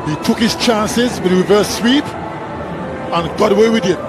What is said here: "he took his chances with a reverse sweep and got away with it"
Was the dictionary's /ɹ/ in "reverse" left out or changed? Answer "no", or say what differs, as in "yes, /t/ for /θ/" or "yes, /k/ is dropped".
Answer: yes, /w/ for /ɹ/